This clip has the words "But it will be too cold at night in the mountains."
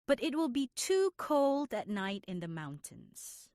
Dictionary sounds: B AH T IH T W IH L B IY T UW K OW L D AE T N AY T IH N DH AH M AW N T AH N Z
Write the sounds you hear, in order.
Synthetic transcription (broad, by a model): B AH T IH T W IH L B IY T UW K OW L D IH T N AY T IH N DH AH M AW N T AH N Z